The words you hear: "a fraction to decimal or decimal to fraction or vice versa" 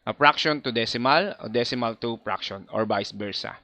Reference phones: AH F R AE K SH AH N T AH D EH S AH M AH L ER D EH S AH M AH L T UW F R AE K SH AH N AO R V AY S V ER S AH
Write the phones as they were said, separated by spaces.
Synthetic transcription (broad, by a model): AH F R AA K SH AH N T AH D EH S AH M AH L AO D EH S AH M AH L T UW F R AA K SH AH N AO R B AY S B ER S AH